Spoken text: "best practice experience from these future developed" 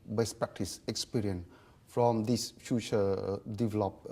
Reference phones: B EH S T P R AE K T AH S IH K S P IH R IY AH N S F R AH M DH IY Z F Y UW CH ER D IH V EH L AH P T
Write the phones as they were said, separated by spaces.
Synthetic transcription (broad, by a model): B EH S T P R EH K T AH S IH K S P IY R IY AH N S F R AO M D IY S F Y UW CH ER D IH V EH L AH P